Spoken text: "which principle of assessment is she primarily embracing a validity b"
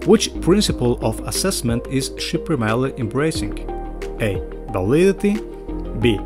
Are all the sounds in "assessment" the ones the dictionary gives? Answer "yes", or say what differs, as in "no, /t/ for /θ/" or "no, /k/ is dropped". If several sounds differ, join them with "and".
yes